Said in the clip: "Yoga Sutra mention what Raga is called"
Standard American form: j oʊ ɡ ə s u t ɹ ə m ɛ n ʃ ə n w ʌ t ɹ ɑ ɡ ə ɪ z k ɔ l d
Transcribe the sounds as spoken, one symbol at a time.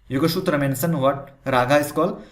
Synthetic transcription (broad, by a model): j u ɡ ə ʃ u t ɹ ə m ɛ n s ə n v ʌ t ɹ ɑ ɡ ə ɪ s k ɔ l